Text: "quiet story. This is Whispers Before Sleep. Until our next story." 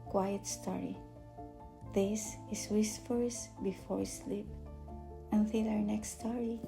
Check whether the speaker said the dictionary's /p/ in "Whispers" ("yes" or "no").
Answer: no